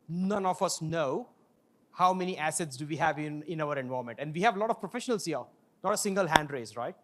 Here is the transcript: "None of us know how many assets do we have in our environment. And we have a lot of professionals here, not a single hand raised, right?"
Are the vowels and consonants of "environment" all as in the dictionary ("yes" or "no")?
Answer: no